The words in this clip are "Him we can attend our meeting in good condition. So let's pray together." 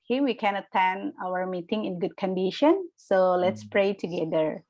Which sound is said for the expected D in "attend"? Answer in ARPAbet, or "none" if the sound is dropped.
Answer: none